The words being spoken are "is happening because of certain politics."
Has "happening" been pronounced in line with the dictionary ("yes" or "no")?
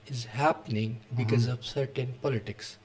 yes